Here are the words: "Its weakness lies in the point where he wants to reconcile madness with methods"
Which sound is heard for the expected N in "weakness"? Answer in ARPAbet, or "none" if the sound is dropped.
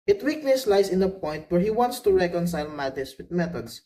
L